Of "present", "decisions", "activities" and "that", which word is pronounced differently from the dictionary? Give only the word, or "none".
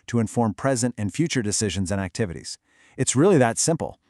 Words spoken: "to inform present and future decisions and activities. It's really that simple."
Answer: none